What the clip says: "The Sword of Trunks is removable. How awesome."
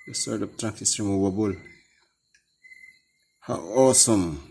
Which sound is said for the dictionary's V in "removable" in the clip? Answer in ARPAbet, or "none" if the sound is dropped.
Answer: B